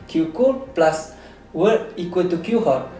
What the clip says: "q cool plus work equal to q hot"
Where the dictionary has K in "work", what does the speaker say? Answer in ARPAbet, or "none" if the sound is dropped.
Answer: none